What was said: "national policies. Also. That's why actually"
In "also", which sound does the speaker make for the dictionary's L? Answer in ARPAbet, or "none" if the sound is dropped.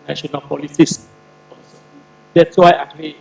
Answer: none